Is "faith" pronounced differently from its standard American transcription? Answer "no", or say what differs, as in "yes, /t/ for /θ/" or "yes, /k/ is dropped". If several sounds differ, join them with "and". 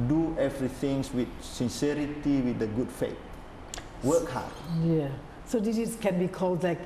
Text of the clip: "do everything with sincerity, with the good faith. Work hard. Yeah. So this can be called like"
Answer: yes, /t/ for /θ/